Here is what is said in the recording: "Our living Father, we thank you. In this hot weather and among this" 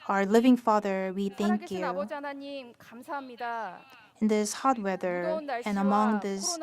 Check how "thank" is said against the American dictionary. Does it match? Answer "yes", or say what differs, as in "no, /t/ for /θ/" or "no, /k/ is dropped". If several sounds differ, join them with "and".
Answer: yes